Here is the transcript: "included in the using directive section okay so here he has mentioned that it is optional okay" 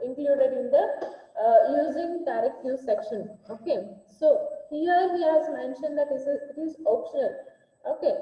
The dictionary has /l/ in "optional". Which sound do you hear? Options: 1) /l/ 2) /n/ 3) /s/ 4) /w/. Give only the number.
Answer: 1